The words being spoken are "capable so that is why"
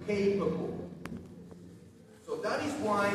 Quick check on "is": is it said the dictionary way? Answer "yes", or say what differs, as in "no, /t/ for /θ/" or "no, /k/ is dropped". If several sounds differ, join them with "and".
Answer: yes